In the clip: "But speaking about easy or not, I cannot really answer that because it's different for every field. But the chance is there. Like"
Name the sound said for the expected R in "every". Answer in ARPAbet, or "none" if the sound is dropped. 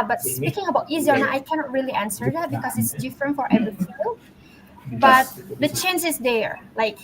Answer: none